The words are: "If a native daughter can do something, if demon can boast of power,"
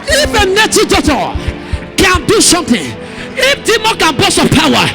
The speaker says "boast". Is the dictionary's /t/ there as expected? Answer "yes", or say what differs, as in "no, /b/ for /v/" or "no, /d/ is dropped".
no, /t/ is dropped